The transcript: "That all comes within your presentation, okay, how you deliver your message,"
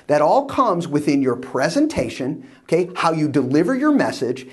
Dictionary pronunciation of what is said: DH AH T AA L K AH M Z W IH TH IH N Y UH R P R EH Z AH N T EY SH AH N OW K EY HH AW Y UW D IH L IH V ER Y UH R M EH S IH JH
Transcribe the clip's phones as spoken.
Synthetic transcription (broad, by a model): DH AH T AA L K AH M Z W IH TH IH N Y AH R P R EH Z AH N T EY SH AH N OW K EY HH AW Y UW D IH L IH V ER Y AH R M EH S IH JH